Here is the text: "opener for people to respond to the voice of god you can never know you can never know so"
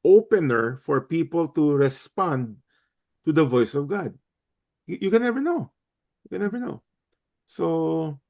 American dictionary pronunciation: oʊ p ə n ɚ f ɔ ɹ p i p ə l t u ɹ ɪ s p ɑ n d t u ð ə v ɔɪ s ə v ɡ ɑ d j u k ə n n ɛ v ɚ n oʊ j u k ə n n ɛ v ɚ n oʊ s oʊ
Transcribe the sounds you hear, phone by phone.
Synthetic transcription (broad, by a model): oʊ p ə n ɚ f ɔ ɹ p i p ə l t u ɹ ɪ s p ɑ n d t u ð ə v ɔɪ s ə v ɡ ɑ d j u k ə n n ɛ v ɚ n oʊ j u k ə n n ɛ v ɚ n oʊ s oʊ